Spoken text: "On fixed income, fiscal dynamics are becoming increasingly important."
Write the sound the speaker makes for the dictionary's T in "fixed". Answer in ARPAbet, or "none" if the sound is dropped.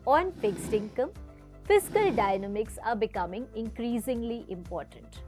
T